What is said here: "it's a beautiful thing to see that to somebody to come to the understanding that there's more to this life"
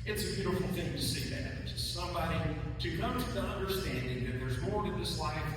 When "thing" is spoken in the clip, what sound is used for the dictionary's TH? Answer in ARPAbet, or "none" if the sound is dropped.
TH